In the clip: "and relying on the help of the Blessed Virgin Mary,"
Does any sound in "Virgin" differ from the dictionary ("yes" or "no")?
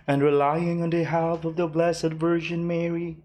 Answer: yes